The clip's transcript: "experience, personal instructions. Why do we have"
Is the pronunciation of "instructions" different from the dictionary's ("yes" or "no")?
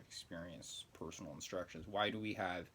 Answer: no